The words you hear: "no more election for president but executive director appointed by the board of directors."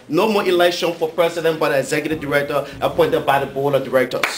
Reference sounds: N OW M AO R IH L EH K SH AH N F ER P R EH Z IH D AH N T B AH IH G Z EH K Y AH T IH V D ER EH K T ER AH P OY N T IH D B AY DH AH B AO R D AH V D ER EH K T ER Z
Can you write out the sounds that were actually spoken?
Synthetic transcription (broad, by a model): N OW M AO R IH L EH K SH AH N F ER P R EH S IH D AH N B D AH IH G Z EH K Y AH T IH V D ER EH K T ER AH P OY N T IH D B AY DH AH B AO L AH D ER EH K T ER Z